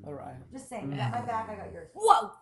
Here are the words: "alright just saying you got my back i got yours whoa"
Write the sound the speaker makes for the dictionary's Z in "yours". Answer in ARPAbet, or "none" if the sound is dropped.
none